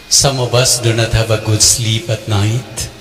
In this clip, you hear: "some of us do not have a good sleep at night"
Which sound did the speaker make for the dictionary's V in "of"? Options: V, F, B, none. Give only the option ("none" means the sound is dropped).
B